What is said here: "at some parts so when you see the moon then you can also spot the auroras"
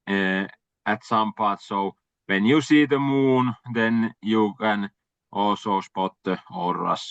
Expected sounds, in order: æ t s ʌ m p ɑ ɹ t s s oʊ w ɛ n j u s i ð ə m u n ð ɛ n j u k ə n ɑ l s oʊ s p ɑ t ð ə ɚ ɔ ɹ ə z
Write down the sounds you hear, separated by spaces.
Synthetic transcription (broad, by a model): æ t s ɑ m p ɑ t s s oʊ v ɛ n j u s i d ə m u n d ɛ n j u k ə n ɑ s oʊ s p ɑ t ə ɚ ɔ ɹ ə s